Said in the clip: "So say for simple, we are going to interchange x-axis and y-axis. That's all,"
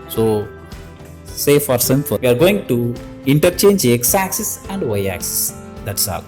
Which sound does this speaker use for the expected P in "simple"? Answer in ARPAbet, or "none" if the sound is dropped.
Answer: F